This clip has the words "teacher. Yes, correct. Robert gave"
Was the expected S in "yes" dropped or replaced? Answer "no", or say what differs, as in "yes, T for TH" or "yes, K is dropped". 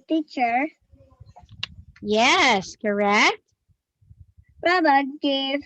no